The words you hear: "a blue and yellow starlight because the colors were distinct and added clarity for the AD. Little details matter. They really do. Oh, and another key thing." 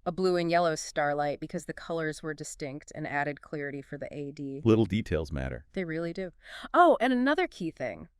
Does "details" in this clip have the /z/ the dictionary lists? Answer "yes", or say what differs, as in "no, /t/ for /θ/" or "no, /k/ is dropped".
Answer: yes